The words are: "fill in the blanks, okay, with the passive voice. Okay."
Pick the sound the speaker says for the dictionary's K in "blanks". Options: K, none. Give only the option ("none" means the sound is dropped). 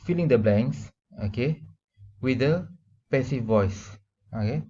none